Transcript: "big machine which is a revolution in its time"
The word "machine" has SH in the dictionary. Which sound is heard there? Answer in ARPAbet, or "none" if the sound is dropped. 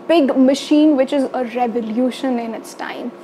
SH